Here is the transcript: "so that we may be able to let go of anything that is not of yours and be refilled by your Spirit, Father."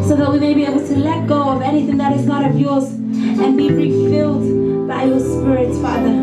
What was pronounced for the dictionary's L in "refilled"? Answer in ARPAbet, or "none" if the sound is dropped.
L